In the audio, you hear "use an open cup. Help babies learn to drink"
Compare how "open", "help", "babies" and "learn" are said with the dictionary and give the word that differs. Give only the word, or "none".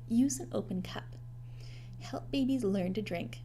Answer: none